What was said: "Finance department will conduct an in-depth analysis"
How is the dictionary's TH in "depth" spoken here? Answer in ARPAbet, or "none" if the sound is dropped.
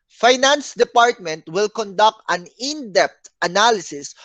T